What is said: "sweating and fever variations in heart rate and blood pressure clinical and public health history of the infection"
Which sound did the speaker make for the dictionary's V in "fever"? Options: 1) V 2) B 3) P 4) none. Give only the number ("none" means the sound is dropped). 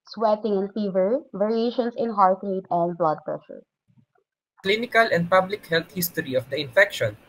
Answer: 1